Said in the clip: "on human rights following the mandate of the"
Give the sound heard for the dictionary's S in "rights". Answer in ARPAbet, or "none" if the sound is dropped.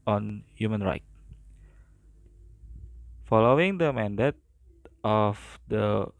none